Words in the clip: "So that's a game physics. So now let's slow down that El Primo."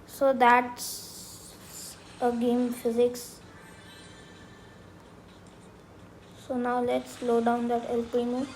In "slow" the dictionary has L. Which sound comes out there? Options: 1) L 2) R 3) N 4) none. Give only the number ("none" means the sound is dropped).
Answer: 1